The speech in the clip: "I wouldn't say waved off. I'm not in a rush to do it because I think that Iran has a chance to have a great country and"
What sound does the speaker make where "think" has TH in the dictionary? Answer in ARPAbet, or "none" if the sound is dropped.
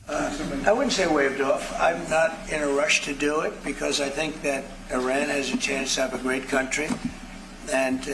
TH